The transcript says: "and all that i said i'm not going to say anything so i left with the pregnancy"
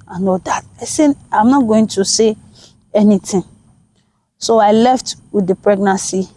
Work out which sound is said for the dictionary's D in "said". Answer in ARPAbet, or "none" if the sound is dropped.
none